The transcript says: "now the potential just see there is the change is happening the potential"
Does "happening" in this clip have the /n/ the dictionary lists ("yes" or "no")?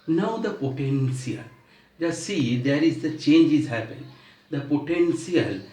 no